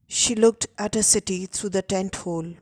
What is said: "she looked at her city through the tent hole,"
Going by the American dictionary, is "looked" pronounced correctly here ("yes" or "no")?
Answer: yes